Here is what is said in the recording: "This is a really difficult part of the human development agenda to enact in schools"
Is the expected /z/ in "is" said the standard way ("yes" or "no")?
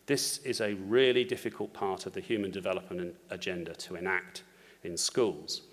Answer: yes